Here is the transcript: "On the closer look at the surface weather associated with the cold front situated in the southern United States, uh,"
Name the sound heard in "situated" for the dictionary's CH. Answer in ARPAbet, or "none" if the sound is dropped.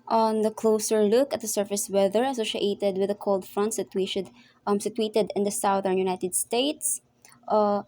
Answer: S